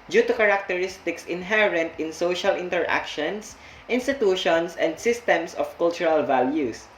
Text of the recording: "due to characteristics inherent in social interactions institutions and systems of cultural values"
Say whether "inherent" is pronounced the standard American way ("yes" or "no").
yes